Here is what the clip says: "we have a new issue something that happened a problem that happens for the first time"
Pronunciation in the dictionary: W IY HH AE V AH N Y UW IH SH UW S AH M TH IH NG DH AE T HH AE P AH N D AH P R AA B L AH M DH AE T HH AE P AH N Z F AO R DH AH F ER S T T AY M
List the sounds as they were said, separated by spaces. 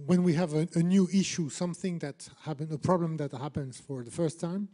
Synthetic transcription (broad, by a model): W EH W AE V AH N Y UW IH SH UW S AH M TH IH NG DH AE T HH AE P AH N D AH P R AA B L AH M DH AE T HH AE P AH N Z F AO R DH AH F ER S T T AY M